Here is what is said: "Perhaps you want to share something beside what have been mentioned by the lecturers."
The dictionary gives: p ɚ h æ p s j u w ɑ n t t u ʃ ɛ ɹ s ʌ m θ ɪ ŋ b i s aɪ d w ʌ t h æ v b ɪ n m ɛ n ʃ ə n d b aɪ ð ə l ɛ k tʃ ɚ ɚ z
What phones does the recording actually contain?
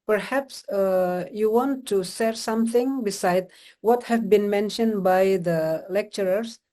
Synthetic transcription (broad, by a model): p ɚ h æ p s j u w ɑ n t t u s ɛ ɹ s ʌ m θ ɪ ŋ b i s aɪ d w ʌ t h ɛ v b ɪ n m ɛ n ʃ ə n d b aɪ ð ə l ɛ k tʃ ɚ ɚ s